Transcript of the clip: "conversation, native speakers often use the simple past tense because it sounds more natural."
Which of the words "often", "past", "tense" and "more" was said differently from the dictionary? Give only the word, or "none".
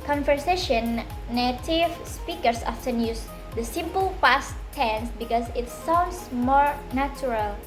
past